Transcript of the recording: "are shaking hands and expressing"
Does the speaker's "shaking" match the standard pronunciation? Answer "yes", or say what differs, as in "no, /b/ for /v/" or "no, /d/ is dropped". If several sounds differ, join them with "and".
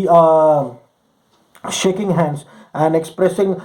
yes